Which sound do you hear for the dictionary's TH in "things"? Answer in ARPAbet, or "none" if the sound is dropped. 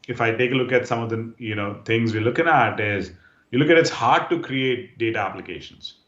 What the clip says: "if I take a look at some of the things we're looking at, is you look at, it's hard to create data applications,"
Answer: T